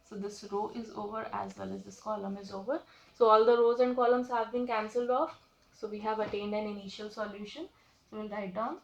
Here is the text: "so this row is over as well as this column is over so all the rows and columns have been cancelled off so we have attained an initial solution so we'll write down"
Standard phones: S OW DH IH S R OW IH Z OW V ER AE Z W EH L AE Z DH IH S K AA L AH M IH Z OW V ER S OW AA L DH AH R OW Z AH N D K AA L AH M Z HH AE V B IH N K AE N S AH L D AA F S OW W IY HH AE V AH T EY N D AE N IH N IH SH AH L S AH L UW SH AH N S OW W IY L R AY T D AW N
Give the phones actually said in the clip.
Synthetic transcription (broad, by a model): S OW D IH S R OW IH Z OW V ER AE Z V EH L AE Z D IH S K AA L AH M IH Z OW V ER S OW AA L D AH R OW Z AH N D K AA L AH M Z HH AE V B IH N K AE N S AH L D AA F S OW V IY HH AE V AH T EY N D AE N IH N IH SH AH L S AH L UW SH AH N S OW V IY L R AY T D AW N